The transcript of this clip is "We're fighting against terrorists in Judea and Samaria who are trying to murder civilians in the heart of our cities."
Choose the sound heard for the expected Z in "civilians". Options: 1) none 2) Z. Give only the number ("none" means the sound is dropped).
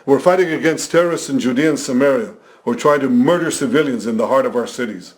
2